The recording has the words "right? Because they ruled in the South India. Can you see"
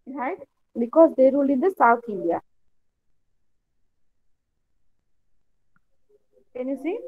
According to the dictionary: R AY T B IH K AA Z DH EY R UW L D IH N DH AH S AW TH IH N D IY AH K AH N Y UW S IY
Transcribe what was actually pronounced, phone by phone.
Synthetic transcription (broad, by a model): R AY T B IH K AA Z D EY R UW L IH N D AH S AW T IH N D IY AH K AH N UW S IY